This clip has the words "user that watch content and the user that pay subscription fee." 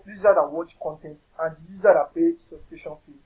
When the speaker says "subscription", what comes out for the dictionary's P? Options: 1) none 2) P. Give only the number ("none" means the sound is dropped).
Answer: 1